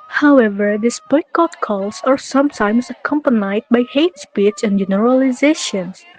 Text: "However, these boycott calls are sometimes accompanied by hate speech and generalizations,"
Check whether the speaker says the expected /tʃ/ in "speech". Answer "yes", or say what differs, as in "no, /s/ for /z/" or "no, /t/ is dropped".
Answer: no, /s/ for /tʃ/